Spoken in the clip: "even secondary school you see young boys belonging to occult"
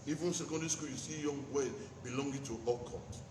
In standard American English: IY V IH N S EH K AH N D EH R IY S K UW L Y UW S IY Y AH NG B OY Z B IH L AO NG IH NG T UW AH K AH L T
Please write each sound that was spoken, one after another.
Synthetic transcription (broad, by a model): IY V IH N S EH K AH N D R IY S K UW L Y UW S IY Y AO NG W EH B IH L AO NG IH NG T UW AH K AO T